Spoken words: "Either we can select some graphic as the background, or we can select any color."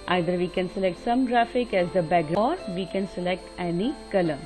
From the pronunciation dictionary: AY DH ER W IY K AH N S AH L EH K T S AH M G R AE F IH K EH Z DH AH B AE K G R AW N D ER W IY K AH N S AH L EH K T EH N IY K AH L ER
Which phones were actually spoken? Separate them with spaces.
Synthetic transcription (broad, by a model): AY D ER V IY K AH N S AH L EH K T S AH M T R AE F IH K EH Z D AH B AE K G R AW D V IY K AH N S AH L EH K T EH N IY K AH L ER